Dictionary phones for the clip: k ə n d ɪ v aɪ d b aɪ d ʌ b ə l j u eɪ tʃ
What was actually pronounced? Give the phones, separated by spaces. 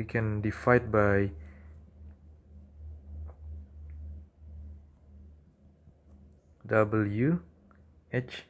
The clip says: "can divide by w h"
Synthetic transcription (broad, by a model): k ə n d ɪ f aɪ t b aɪ d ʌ b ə l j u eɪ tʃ